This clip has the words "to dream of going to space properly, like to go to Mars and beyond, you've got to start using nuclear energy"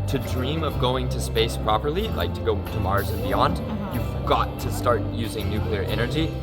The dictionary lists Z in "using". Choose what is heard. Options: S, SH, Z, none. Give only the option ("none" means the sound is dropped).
Z